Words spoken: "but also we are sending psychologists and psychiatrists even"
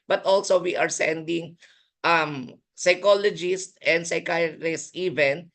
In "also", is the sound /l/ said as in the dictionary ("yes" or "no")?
yes